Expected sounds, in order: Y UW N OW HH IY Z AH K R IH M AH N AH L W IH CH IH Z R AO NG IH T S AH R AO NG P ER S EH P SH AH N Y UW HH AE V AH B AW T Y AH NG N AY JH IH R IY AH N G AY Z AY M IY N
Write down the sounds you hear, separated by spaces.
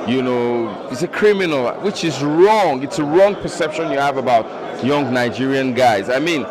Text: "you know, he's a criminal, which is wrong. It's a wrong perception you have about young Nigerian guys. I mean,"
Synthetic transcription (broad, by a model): Y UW N OW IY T AH K R IH M AH N AH L W IH CH IH Z R AO NG IH T S AH R AO NG P ER S EH P SH AH N Y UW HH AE V AH B AW T Y AH NG N AY JH IH R IY AH N G AY Z AY M IY N